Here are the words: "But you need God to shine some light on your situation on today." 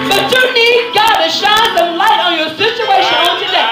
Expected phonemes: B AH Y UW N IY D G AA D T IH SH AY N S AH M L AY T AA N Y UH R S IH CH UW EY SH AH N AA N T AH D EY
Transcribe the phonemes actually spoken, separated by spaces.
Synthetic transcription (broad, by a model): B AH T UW N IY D G AA D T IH SH AY N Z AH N L AY T N Y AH R S IH CH UW EY SH AH N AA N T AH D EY